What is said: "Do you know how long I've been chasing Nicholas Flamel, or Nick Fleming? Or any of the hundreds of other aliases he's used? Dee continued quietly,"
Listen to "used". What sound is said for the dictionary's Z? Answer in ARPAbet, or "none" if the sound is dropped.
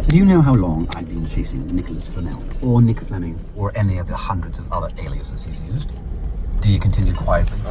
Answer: Z